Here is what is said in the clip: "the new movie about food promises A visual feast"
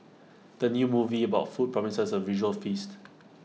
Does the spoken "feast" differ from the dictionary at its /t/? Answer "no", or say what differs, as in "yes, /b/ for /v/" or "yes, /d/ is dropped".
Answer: no